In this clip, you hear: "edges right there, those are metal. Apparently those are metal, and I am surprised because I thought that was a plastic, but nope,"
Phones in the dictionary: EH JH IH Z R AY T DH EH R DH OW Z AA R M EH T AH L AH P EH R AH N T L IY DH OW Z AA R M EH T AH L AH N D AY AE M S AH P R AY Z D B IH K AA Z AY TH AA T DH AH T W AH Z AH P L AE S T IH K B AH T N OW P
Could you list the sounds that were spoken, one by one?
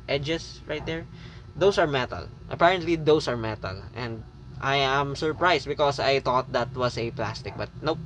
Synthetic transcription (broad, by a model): EH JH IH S R AY T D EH R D OW S AA R M EH T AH L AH P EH R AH N T L IY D OW S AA R M EH T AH L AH N D AY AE M S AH P R AY S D B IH K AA S AY T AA T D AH T W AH S AH P L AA S T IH K B AH T N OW